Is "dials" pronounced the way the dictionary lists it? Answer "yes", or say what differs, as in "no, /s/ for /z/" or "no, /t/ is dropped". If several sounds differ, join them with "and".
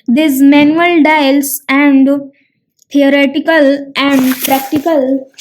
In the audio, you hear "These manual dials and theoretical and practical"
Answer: no, /s/ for /z/